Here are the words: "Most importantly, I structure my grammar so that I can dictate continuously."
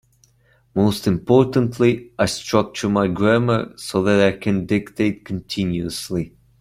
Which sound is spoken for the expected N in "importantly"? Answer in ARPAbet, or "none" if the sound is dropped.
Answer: N